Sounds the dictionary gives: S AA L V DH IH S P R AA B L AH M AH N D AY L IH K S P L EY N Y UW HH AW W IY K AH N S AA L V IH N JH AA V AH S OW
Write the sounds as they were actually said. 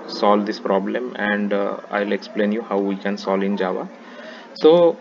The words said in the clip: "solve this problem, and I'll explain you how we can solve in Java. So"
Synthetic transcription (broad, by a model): S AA L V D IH S P R AA B L AH M AH N D AY L IH K S P L EY N Y UW HH AW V IY K AH N S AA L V IH N JH AA V AH S OW